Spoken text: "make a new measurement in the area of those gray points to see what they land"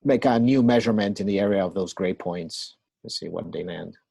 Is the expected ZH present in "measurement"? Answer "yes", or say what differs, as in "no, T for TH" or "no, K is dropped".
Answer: yes